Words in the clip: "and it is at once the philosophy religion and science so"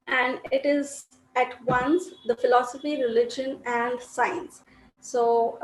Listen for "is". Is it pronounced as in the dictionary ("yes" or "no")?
yes